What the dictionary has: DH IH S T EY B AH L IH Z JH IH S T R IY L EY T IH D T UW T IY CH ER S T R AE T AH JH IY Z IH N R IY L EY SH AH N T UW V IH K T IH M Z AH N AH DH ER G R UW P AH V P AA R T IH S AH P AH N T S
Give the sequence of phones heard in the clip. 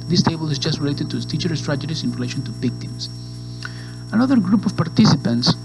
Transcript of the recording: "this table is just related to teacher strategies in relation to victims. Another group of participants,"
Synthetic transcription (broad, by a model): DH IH S T EY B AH L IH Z JH IH S T R IY L EY T IH D T UW T IY CH ER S T R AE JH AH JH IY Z IH N R IY L EY SH AH N T UW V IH K T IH M S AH N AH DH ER G R UW P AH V P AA R T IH S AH P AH N T S